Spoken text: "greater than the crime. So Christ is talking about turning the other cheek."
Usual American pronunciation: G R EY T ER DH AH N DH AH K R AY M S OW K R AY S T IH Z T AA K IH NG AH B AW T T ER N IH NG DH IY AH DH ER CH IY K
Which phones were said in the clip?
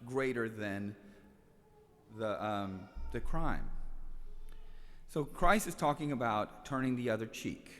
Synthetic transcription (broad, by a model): G R EY T ER DH AH N DH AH K R AY M S OW K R AY S IH Z T AA K IH NG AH B AW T T ER N IH NG DH IY AH DH ER CH IY K